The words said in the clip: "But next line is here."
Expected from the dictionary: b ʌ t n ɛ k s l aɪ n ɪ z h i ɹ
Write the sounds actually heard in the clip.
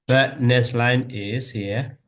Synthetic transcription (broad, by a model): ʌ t n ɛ s l aɪ n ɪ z h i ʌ